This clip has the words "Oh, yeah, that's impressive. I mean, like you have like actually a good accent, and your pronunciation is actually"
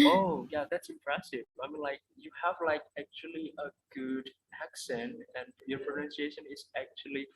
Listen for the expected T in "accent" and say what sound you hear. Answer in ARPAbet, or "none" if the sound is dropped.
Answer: T